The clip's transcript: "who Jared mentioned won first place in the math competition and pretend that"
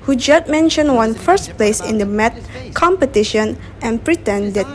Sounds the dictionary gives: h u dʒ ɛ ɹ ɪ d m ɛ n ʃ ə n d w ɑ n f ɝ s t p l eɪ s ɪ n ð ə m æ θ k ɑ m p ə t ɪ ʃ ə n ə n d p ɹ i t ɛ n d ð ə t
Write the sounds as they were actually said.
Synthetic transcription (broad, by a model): h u dʒ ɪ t m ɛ n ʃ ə n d w ɑ n f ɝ s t p l eɪ s ɪ n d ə m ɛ t k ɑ m p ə t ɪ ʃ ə n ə n p ɹ i t ɛ n d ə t